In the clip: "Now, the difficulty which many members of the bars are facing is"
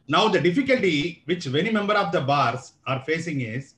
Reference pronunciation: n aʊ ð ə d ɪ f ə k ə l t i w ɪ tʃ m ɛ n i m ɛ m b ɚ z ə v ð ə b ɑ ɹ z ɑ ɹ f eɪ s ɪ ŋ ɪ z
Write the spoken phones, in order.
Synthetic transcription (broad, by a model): n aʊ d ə d ɪ f ə k ə l t i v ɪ tʃ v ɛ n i m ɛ m b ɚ ə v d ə b ɑ ɹ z ɑ ɹ f eɪ s ɪ ŋ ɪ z